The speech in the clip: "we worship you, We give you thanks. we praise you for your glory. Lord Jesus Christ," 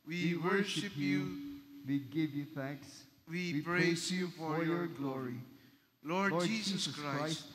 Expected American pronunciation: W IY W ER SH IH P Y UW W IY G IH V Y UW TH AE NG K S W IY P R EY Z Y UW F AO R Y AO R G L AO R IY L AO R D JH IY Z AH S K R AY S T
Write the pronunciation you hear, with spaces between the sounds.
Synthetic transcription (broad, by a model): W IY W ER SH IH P Y UW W IY G IH V Y UW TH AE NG K S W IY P R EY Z Y UW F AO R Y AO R G L AO R IY L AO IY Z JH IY S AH K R AY S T